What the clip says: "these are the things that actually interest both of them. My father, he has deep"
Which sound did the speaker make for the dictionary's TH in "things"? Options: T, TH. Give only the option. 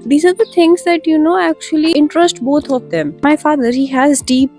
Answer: T